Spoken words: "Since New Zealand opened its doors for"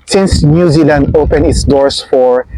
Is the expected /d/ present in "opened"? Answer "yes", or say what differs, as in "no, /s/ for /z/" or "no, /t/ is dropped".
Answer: no, /d/ is dropped